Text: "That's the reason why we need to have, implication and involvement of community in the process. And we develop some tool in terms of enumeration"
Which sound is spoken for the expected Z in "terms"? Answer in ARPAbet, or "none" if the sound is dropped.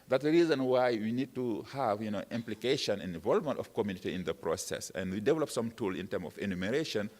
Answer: none